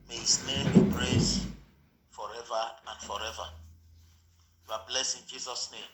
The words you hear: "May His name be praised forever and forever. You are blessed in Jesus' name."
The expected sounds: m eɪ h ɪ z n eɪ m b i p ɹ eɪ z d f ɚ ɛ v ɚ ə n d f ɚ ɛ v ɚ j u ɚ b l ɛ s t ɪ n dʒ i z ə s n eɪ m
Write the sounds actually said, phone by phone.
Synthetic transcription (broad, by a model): m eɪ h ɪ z n eɪ m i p ɹ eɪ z f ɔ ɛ v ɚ ə n d f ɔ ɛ v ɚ j u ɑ b l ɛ s ɪ n dʒ i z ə s n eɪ m